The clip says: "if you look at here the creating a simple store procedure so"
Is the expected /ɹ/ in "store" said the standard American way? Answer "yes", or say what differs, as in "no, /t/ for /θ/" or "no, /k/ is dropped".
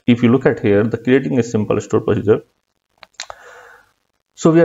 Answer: yes